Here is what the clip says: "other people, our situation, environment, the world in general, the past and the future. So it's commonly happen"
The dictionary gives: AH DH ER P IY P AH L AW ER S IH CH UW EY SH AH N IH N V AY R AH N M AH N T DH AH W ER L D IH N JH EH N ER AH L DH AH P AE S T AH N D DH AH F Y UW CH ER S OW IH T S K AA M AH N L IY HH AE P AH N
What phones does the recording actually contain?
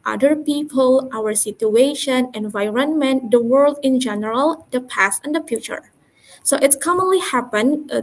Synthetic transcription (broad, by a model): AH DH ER P IY P AH L AW ER S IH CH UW EY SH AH N IH N V AY R AH N M AH N T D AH W ER L D IH N JH EH N ER AH L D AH P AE S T AH N D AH F Y UW CH ER S OW IH T S K AA M AH N L IY HH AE P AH N